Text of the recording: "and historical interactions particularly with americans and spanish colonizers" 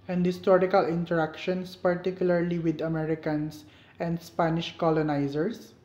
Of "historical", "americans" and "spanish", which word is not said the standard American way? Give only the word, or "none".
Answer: americans